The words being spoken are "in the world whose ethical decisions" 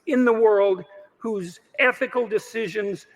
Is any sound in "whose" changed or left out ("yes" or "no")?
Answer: no